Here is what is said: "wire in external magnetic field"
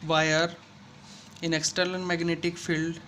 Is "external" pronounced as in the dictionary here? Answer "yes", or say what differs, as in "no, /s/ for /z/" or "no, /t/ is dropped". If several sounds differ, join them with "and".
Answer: no, /l/ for /n/ and /n/ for /l/